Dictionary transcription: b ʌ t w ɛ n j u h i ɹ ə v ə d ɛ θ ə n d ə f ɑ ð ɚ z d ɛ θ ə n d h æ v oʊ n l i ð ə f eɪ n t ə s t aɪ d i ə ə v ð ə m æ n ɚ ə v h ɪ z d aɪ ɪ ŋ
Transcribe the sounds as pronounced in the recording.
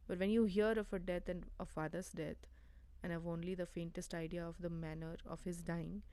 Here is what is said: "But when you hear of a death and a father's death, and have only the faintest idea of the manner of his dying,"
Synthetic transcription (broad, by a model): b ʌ t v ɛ n j u h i ɹ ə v ə d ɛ t ə n d ə f ɑ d ɚ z d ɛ t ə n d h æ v oʊ n l i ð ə f eɪ n t ə s t aɪ d i ə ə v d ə m æ n ɚ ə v h ɪ z d aɪ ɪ ŋ